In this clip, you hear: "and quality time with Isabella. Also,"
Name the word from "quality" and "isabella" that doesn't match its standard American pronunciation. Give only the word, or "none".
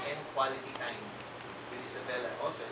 isabella